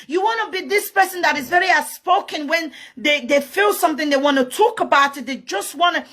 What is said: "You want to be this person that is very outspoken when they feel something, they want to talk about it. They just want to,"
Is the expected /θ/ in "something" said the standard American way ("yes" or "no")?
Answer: yes